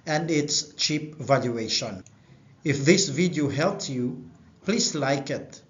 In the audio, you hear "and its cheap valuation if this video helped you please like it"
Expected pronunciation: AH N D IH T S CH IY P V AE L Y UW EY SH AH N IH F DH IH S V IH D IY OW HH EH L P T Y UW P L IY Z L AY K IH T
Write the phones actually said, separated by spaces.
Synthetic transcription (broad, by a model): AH N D IH T S CH IY P V AE L Y UW EY SH AH N IH F DH IH S V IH D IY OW HH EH L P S Y UW P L IY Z L AY K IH T